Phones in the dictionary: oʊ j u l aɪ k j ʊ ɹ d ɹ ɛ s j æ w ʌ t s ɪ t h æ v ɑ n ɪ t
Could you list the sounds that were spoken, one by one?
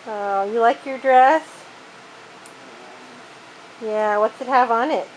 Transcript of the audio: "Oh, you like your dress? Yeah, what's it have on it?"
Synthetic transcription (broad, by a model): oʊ j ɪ l aɪ k j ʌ ɹ d ɹ ɛ s j æ w ʌ t s ɪ t h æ v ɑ n ɪ t